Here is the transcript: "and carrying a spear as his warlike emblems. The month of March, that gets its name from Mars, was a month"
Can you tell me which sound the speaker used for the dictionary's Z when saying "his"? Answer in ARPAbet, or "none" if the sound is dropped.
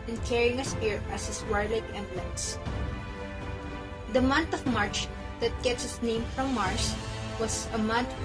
S